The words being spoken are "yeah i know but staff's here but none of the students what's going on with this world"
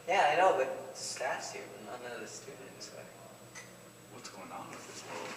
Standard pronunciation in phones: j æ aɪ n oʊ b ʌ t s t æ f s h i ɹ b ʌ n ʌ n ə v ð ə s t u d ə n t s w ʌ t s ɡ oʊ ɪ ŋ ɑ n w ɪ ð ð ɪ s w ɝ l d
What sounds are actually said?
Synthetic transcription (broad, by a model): j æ aɪ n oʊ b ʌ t s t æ s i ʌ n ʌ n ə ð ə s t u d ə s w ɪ w ʌ t s ɡ oʊ ɪ ŋ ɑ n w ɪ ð ð ɪ s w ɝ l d